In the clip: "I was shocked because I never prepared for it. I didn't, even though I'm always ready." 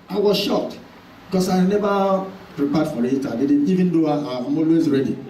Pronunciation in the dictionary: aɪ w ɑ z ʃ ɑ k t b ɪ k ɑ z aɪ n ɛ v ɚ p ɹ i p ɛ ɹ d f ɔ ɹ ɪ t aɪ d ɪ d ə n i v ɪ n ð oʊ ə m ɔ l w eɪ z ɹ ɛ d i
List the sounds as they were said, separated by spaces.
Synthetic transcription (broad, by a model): aɪ w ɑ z ʃ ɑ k t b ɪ k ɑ s aɪ n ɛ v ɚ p ɹ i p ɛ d f ɔ ɹ ɪ t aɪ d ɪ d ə i v ɪ n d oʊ ə m ɔ l w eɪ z ɹ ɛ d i